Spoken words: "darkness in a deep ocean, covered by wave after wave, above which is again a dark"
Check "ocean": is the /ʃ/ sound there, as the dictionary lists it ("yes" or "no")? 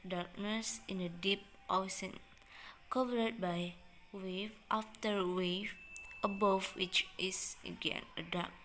no